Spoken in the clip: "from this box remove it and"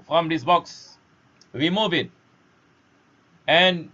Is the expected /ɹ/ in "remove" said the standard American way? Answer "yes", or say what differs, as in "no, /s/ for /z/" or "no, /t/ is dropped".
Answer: no, /w/ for /ɹ/